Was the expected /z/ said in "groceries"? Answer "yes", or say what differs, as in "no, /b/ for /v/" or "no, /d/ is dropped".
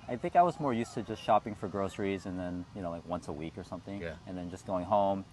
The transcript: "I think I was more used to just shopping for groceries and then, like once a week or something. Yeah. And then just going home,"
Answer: yes